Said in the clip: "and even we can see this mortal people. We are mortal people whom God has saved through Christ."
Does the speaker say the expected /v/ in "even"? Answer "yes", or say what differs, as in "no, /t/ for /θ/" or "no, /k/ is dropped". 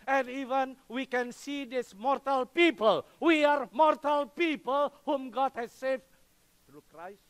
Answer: yes